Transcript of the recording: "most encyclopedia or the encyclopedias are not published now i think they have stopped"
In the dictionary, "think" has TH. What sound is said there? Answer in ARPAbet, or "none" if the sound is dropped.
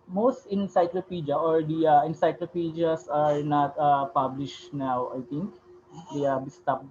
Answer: T